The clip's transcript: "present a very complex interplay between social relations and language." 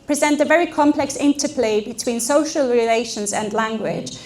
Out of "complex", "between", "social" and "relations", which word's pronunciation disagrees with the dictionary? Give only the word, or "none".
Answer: none